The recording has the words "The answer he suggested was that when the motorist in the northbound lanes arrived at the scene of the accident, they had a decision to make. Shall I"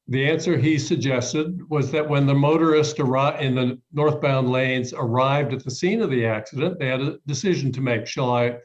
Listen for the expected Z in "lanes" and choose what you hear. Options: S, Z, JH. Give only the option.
Z